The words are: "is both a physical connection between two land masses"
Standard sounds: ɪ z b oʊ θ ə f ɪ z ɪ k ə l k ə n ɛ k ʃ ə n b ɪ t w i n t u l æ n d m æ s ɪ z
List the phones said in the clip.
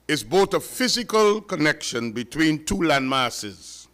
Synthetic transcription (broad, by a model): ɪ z b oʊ t ə f ɪ z ɪ k ə l k ə n ɛ k ʃ ə n b ɪ t w i n t u l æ n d m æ s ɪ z